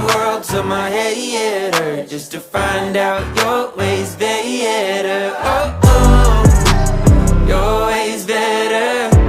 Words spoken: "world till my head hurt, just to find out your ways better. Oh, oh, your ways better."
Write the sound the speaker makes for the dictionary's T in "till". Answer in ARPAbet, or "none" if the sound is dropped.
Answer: S